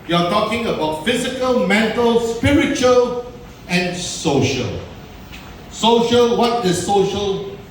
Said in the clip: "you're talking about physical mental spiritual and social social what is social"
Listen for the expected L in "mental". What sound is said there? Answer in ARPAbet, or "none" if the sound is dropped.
L